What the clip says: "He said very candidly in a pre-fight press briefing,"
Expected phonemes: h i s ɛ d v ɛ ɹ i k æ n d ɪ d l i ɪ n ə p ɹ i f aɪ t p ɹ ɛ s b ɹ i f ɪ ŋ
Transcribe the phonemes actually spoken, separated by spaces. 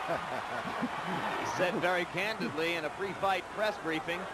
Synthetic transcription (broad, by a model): s ɛ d v ɛ ɹ i k æ n d ɪ d l i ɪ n ə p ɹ i f aɪ t p ɹ ɛ s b ɹ i f ɪ ŋ